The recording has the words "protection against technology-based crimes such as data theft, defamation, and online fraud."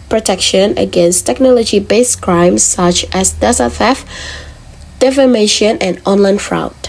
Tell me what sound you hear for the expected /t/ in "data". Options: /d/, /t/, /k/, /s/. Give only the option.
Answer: /s/